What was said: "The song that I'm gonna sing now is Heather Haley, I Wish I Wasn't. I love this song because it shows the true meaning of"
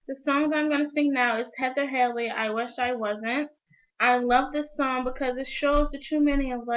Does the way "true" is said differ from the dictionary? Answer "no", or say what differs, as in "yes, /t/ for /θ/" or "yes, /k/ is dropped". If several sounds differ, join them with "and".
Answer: yes, /ɹ/ is dropped